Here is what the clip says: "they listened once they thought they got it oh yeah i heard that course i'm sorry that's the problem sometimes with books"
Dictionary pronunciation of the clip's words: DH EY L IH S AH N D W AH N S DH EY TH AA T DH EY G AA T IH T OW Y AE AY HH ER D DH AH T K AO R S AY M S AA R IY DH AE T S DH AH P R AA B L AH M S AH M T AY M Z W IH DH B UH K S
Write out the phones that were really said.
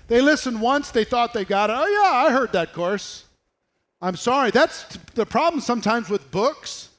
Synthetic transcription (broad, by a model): DH EY L IH S AH N D W AH N S DH EY TH AA T DH EY G AA T IH T OW Y AE AY HH ER D DH AH T K AO R S AY M S AA R IY DH AE T S DH AH P R AA B L AH M S AH M T AY M Z W IH DH B UH K S